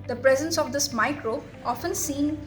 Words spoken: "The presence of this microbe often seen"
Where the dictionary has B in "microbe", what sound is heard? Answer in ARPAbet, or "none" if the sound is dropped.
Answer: none